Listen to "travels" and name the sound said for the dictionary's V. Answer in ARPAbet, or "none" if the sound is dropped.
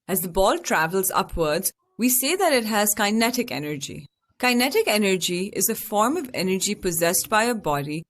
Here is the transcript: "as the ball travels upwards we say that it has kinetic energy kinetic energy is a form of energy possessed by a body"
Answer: V